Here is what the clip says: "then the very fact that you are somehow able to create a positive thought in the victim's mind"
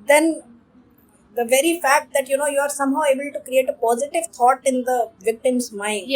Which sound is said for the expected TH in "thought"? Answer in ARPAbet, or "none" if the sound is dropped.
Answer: T